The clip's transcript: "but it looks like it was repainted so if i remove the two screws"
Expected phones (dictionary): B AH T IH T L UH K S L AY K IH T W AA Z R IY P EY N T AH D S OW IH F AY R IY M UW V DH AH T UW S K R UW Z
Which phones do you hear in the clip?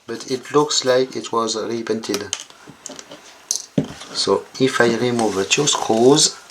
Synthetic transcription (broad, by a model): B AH T IH T L UH K S L AY K IH T W AA Z R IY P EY N T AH D S OW IH F AY R IY M UW V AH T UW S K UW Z